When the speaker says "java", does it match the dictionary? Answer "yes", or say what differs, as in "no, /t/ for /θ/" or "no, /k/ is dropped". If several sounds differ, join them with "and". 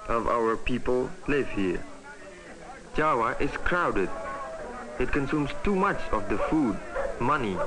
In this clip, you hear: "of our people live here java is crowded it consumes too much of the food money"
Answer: no, /w/ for /v/